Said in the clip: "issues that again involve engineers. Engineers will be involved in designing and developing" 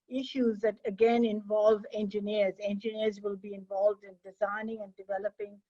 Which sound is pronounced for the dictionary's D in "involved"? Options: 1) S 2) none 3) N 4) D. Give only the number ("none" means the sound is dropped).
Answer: 4